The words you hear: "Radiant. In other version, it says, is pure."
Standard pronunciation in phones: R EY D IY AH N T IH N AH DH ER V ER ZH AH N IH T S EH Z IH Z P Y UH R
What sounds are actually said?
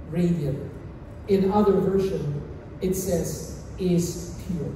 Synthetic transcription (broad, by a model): R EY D IY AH IH N AH DH ER V ER SH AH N IH T S EH Z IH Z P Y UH R